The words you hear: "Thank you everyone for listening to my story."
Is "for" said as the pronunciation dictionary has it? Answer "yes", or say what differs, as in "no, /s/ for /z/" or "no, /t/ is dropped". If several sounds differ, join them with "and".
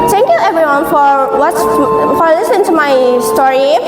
no, /w/ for /ɹ/